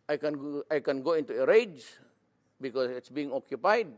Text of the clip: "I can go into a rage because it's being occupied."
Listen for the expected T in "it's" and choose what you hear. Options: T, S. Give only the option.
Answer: T